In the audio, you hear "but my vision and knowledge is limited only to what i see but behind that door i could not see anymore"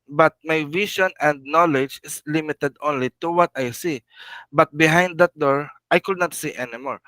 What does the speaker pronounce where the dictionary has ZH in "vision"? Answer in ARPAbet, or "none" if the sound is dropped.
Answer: SH